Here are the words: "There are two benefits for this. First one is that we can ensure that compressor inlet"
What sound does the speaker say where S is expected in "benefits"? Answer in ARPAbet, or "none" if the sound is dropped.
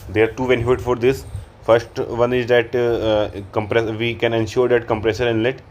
none